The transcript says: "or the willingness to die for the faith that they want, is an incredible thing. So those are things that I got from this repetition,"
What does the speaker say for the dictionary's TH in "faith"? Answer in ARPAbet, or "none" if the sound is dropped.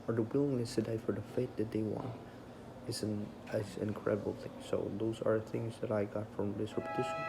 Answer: T